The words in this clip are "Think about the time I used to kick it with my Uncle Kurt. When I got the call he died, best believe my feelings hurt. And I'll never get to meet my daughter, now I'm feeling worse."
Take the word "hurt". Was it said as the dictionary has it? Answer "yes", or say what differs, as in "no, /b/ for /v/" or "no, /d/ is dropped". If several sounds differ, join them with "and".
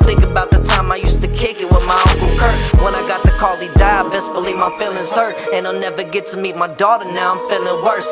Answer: no, /t/ is dropped